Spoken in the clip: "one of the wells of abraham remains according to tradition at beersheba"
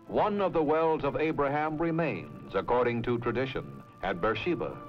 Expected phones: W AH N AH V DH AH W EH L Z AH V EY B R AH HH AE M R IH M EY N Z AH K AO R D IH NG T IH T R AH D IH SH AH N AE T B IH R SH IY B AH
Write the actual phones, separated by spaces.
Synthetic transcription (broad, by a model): W AH N AH V DH AH W EH L Z AH V EY B R AH HH AE M R IH M EY N Z AH K AO R D IH NG T IH T R AH D IH SH AH N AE T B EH R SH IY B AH